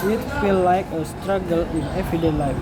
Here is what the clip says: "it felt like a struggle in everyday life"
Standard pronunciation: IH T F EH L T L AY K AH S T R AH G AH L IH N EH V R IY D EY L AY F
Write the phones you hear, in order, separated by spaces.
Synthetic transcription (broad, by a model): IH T F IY L L AY K AH S T R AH G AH L IH N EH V IY D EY L AY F